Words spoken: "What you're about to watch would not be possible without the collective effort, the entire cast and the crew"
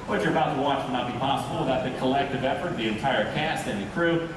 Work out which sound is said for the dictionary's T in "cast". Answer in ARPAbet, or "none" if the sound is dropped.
T